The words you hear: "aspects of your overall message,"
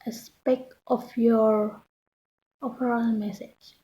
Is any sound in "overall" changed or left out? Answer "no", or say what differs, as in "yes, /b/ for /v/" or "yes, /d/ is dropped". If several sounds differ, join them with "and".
yes, /p/ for /v/